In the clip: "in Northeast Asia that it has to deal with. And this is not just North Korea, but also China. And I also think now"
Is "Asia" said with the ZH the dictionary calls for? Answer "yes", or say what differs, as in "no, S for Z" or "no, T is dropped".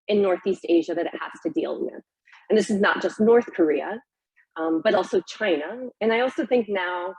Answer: yes